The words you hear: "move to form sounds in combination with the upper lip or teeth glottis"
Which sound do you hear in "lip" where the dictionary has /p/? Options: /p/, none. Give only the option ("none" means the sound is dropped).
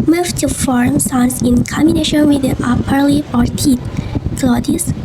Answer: none